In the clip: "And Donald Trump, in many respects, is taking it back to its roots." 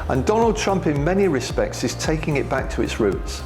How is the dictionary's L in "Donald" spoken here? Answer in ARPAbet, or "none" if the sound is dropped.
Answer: L